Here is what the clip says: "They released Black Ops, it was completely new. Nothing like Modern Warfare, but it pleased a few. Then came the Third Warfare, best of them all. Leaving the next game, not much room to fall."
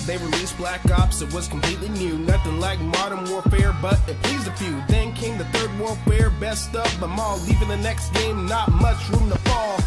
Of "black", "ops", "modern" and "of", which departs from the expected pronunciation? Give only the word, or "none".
of